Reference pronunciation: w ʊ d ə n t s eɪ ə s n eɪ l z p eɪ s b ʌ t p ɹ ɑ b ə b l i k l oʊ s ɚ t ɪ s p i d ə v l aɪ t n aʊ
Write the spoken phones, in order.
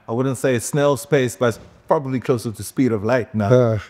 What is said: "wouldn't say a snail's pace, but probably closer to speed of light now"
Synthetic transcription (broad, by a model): w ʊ d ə n t s eɪ ə s n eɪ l s p eɪ s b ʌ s p ɹ ɑ b ə b l i k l oʊ s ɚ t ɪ s p i d ə v l aɪ t n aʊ